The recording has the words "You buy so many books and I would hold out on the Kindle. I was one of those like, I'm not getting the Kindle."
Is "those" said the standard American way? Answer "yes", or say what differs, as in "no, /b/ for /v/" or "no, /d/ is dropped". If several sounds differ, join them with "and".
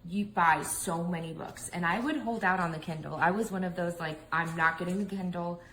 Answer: yes